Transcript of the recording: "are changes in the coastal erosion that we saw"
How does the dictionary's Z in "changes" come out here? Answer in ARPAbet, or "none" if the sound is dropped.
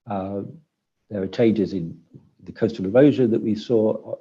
Z